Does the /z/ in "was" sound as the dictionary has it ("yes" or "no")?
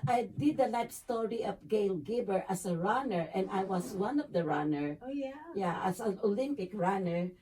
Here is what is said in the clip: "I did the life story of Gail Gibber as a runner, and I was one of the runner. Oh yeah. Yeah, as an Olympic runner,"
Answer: no